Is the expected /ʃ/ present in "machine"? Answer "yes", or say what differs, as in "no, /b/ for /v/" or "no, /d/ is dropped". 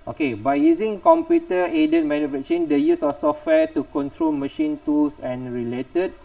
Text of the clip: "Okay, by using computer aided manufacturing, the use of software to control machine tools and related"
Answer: yes